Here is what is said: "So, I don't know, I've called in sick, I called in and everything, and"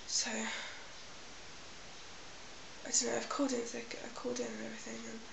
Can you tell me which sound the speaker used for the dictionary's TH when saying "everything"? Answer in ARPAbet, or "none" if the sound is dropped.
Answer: TH